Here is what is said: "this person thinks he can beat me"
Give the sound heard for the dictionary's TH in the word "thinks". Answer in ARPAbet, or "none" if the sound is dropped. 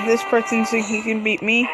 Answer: S